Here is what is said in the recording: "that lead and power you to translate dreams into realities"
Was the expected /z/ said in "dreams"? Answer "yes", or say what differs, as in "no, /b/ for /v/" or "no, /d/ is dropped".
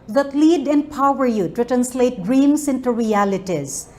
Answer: no, /s/ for /z/